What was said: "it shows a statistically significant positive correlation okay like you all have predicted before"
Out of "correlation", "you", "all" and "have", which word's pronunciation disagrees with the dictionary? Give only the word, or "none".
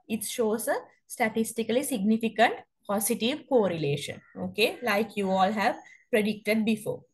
none